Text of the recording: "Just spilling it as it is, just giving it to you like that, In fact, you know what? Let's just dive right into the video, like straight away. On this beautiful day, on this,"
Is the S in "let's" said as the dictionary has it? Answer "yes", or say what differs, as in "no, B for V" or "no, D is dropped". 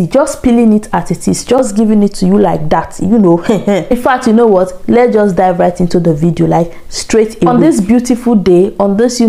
no, S is dropped